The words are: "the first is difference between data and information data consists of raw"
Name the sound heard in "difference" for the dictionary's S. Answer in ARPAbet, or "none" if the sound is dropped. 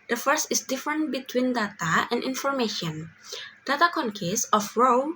none